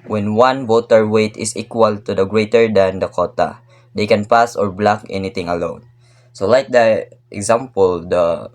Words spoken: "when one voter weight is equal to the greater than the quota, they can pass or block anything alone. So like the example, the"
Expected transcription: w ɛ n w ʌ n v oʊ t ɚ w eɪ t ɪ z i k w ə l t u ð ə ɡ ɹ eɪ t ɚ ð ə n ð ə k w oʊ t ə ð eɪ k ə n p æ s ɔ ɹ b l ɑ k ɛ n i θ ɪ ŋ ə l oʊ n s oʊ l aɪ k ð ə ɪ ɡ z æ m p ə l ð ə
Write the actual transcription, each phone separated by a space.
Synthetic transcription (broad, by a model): w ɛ n w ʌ n b oʊ t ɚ w eɪ t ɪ s i k w ə l t u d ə ɡ ɹ eɪ t ɚ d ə n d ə k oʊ t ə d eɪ k ə n p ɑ s ɔ ɹ b l ɑ k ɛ n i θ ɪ ŋ ə l oʊ n s oʊ l aɪ k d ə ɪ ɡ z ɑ m p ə l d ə